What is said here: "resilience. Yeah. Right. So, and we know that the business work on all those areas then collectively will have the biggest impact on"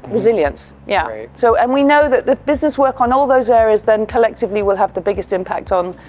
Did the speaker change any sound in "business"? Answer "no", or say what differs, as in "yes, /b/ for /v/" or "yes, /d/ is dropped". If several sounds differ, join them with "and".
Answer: no